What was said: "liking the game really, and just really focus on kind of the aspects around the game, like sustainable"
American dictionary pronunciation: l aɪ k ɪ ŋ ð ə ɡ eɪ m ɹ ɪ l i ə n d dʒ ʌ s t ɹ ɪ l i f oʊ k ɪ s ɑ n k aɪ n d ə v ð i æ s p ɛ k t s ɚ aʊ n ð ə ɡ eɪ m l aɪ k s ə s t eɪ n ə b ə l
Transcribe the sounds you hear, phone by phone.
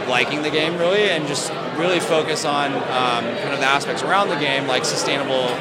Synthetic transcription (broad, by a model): l aɪ k ɪ ŋ ð ə ɡ eɪ m ɹ ɪ l i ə n dʒ ʌ s t ɹ ɪ l i f oʊ k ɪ s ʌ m k aɪ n ə v ð i æ s p ɛ k t s ɚ aʊ n ð ə ɡ eɪ m l aɪ k s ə s t eɪ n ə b l